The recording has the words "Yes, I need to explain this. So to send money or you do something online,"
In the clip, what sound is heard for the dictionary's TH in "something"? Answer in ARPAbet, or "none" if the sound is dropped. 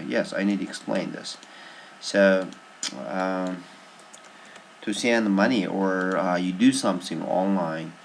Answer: TH